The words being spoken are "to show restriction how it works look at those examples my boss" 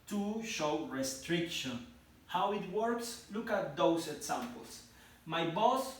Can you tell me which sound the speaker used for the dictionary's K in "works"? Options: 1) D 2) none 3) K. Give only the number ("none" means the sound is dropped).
3